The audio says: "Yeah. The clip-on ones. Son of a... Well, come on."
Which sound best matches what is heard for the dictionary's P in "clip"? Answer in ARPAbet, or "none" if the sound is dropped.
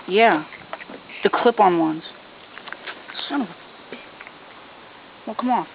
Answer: P